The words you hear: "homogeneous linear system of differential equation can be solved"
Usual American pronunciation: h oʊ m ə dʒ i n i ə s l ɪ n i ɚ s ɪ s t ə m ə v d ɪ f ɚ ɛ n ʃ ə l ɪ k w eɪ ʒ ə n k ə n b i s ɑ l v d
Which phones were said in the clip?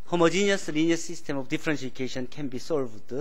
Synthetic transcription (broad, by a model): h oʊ m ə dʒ i n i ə s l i n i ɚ s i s t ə m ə b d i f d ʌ n s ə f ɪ k eɪ ʃ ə n k ə n b i s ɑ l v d